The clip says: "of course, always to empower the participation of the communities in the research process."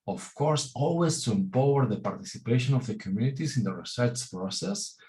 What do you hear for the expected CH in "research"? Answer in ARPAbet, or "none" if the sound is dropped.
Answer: S